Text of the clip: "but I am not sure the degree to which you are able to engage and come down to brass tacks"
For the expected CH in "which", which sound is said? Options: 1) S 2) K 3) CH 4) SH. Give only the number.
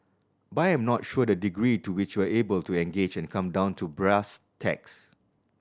3